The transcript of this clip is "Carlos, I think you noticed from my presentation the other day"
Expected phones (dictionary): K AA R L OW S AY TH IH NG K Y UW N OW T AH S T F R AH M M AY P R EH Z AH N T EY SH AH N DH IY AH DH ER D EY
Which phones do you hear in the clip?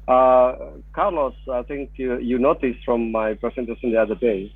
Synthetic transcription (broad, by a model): K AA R L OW S AY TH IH NG K Y UW N OW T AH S F R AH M M AY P R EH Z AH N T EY S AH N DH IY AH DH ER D EY